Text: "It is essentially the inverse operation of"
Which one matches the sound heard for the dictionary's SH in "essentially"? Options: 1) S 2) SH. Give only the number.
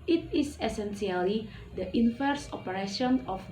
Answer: 1